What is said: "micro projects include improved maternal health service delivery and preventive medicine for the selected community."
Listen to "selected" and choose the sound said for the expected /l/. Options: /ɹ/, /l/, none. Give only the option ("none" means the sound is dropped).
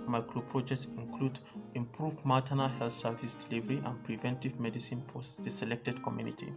/l/